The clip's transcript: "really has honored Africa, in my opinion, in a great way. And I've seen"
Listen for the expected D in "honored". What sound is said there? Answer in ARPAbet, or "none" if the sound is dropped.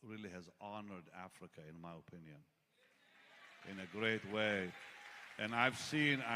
D